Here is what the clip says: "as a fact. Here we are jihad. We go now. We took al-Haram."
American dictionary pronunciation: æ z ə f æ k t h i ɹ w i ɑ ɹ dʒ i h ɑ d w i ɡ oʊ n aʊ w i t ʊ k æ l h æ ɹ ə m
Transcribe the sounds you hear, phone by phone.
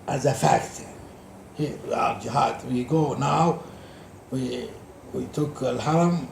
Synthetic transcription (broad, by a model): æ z ə f æ k t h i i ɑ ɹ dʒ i h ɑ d w i ɡ oʊ n aʊ w i t ʊ k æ l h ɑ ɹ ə m